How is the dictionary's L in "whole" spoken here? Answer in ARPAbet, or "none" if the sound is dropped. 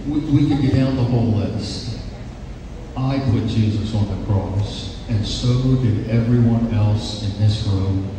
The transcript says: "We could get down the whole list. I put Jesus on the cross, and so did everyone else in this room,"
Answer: L